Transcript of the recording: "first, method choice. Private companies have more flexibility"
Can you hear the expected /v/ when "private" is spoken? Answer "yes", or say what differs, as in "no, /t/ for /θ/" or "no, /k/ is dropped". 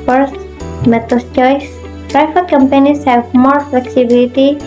no, /f/ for /v/